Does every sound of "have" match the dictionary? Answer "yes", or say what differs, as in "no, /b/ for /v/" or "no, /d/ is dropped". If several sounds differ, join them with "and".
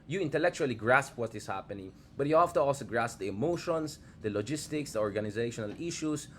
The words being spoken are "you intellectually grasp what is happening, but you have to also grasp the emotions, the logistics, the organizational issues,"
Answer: no, /f/ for /v/